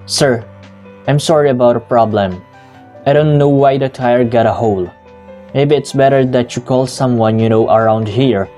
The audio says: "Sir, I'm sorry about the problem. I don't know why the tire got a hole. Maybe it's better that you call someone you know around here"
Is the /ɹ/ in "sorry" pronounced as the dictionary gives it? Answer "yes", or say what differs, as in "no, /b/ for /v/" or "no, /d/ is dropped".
yes